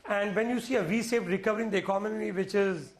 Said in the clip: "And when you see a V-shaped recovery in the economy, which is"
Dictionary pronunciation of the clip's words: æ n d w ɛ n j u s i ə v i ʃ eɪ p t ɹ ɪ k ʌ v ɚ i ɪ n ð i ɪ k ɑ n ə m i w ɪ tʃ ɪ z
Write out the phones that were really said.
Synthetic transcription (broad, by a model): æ n d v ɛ n j u s i ə v i s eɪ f ɹ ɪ k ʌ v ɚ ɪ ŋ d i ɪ k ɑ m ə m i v ɪ tʃ ɪ z